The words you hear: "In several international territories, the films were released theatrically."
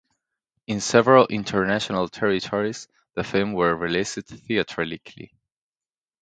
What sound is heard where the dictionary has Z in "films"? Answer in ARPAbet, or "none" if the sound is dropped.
none